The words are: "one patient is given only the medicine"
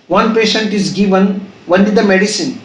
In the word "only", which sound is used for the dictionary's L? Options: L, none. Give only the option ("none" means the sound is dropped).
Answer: none